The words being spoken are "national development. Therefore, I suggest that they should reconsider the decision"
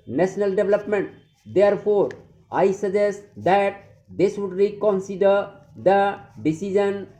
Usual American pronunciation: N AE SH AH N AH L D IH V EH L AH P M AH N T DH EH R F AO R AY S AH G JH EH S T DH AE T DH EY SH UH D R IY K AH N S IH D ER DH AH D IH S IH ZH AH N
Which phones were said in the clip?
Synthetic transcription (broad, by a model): N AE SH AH N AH L D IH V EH L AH P M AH N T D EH R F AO R AY S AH JH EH S T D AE T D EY S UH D R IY K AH N S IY D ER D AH D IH S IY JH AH N